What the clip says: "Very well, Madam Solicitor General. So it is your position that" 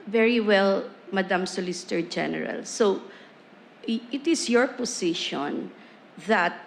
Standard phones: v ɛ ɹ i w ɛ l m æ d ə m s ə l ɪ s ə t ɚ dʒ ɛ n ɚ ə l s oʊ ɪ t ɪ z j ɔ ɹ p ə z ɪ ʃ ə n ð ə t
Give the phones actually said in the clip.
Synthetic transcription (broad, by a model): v ɛ ɹ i w ɛ l m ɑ d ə m s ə l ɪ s t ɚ dʒ ɛ n ɚ ə l s oʊ ɪ t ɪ s j ɔ ɹ p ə s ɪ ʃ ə n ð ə t